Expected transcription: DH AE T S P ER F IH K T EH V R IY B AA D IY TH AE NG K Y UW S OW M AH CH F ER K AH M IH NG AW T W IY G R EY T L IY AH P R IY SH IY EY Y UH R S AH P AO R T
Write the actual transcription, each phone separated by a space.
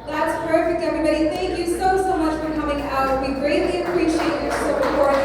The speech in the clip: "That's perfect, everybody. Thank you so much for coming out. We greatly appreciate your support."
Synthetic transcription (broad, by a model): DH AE T S P ER F IH K T EH V R IY B AA D IY TH AE NG K Y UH S OW M AH CH F ER K AH M IH NG AW T W IY G R EY T L IY AH P R IY SH IY EY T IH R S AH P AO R